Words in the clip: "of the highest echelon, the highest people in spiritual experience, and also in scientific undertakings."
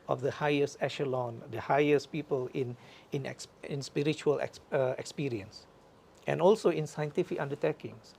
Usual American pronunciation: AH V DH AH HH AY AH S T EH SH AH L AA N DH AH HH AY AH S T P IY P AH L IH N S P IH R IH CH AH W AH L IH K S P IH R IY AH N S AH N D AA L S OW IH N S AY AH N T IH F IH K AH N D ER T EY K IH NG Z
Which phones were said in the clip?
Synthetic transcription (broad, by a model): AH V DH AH HH AY AH S T EH SH AH L AA N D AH HH AY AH S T P IY P AH L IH N S P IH R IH CH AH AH L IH K S P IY R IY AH N S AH N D AA L S OW IH N S AY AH N T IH F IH K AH N D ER T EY K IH NG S